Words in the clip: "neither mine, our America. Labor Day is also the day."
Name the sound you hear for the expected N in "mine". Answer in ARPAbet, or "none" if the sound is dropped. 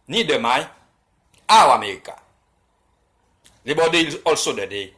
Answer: none